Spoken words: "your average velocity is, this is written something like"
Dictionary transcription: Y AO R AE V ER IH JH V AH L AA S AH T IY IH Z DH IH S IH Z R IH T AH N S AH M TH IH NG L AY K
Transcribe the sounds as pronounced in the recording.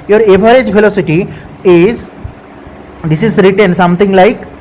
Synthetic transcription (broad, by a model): Y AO R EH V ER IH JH F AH L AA S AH T IY IH Z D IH S IH Z R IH T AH N S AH M T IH NG L AY K